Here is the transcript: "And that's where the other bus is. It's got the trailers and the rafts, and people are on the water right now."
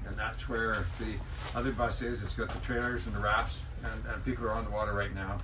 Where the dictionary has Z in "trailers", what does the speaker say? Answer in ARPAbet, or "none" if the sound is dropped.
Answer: Z